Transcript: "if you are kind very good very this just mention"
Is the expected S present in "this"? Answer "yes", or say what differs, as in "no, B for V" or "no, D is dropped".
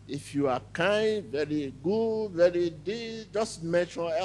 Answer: no, S is dropped